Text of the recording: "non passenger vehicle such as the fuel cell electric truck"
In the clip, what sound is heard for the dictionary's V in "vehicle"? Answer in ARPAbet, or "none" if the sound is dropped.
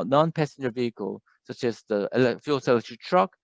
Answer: V